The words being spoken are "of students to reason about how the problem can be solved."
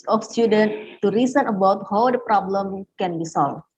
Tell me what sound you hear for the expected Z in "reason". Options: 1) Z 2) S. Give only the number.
2